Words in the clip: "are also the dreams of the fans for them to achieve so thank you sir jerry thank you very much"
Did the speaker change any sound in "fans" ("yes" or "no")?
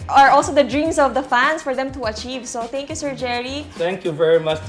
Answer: yes